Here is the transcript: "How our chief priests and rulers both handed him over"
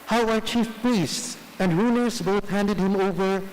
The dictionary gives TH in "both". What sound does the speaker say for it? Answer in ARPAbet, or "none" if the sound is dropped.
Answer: TH